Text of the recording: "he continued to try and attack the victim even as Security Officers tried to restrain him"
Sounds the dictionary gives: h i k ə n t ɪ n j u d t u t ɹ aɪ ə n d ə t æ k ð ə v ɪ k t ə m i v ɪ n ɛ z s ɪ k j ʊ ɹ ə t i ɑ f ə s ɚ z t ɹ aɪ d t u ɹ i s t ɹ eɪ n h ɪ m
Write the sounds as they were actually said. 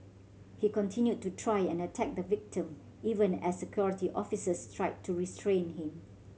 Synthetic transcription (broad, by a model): h i k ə n t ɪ n j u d t u t ɹ aɪ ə n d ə t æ k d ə v ɪ k t ə m i v ɪ n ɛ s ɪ k j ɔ ɹ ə t i ɑ f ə s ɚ s t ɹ aɪ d t u ɹ i s t ɹ eɪ n h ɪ m